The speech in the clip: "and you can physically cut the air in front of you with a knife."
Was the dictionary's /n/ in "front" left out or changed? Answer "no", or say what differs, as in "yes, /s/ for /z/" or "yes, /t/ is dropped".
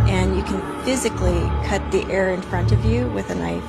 no